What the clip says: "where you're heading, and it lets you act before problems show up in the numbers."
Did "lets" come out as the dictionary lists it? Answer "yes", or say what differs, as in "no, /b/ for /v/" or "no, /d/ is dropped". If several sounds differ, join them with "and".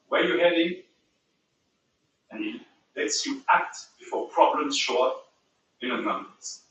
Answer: yes